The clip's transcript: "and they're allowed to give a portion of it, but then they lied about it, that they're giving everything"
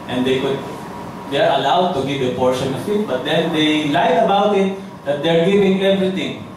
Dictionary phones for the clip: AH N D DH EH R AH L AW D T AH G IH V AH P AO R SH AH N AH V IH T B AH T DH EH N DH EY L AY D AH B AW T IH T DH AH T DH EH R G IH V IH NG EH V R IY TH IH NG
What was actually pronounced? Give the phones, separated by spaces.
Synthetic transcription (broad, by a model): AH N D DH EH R AH L AW D T AH G IH V AH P AO R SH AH N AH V IH T B AH T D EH N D EY L AY AH B AW T IH T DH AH T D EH R G IH V IH NG EH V R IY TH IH NG